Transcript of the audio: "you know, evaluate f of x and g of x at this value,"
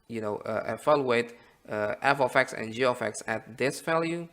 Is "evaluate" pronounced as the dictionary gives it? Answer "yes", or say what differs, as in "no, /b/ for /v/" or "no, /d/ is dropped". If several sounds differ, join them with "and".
no, /f/ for /v/